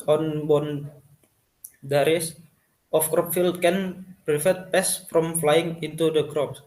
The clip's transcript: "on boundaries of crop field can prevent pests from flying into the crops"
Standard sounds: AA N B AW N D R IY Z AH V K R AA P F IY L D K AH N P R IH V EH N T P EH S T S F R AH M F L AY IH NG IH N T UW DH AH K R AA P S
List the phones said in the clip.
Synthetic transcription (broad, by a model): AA N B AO N D R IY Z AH F K R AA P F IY L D K AH N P R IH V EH T P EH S S F R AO M F L AY IH NG IH N T UW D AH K R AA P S